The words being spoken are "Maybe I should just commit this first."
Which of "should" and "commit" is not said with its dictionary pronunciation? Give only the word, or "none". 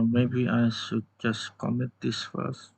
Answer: should